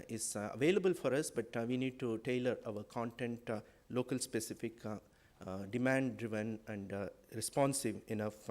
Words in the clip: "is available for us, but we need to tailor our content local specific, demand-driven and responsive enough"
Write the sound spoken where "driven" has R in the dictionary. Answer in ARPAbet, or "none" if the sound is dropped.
R